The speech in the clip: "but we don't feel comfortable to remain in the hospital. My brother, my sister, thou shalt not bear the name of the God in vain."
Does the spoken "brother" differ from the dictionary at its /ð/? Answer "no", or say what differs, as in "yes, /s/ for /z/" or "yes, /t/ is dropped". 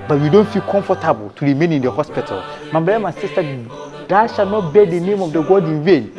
yes, /ð/ is dropped